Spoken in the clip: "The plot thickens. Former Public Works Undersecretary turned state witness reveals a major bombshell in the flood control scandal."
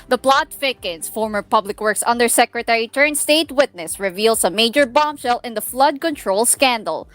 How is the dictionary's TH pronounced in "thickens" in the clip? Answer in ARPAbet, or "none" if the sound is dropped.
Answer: F